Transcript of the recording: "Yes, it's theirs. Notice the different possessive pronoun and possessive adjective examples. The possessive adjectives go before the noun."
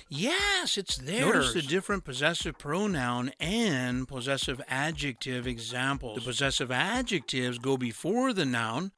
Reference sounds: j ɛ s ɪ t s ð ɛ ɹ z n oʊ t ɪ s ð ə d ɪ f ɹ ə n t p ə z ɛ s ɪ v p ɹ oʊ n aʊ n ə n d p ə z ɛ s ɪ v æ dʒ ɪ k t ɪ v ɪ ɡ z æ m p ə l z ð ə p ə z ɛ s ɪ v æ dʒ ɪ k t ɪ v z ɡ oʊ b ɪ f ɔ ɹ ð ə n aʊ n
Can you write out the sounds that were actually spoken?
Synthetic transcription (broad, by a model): j ɛ s ɪ t s ð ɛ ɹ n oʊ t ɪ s ð ə d ɪ f ɹ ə n p ə z ɛ s ɪ v p ɹ oʊ n aʊ n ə n p ə z ɛ s ɪ v æ dʒ ɪ k t ɪ v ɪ ɡ z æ m p l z ð ə p ə z ɛ s ɪ v æ dʒ ɪ k t ɪ v z ɡ oʊ b ɪ f ɔ ɹ ð ə n aʊ n